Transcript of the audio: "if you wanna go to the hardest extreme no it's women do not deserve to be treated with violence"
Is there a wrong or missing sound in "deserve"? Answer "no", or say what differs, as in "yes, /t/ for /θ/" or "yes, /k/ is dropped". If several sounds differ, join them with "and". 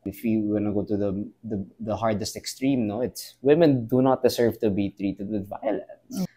yes, /s/ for /z/